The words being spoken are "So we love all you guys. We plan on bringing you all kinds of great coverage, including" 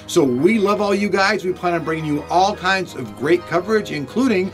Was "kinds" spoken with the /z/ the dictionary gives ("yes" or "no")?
yes